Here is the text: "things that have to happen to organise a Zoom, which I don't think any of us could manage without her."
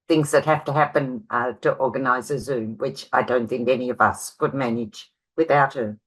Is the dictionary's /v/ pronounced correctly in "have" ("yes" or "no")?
no